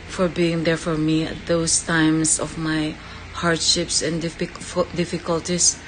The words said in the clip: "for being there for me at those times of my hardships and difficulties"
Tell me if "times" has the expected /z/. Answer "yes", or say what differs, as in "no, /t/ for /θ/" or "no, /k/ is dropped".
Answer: no, /s/ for /z/